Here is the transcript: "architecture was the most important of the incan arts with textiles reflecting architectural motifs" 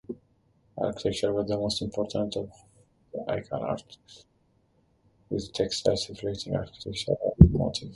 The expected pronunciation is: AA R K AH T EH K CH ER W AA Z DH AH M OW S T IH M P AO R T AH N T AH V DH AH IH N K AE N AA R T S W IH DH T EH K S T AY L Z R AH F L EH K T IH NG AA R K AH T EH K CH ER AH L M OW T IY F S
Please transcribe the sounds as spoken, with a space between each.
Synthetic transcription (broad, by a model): AA R K AH T EH K CH ER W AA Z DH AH M OW S T IH M P AO R T AH N T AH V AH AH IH K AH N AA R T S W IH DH T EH K S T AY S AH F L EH T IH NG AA R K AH T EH K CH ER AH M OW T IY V